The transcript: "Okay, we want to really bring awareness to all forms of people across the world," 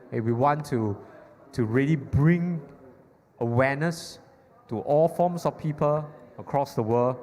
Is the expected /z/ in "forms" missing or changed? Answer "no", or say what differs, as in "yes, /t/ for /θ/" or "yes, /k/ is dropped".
yes, /s/ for /z/